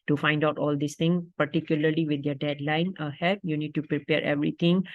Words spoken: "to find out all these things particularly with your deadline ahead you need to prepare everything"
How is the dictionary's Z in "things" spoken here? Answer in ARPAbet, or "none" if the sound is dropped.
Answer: none